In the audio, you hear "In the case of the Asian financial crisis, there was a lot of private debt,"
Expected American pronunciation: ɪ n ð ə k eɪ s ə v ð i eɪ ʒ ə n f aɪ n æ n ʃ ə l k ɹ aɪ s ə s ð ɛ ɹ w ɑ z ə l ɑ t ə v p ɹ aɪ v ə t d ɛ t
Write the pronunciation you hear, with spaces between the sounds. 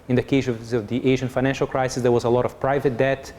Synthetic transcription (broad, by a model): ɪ n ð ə k eɪ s ə v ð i eɪ ʒ ə n f aɪ n æ n ʃ ə l k ɹ aɪ s ə s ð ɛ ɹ w ɑ z ə l ɑ t ə v p ɹ aɪ v ə t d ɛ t